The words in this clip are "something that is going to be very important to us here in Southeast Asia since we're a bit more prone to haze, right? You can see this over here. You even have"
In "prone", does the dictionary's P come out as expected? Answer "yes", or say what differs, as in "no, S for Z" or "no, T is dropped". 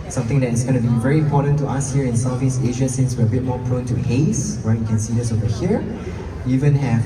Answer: yes